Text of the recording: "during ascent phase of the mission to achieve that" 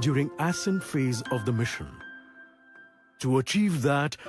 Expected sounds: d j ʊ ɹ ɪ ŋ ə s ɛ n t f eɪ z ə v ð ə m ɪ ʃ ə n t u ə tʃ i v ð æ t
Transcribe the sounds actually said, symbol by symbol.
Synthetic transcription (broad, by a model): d j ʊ ɹ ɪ ŋ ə s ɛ n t f eɪ z ə v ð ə m ɪ ʃ ə n t u ə tʃ i v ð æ t